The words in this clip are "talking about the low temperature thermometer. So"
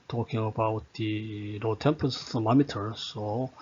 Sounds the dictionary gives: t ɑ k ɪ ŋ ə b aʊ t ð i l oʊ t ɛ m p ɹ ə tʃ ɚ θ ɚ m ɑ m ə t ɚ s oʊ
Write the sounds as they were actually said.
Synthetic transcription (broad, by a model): t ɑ k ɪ ŋ ə b aʊ t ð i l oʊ t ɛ m p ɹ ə s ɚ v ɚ m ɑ m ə t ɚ s oʊ